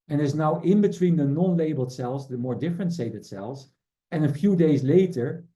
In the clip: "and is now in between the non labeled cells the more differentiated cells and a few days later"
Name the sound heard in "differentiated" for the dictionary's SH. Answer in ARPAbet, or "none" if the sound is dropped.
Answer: S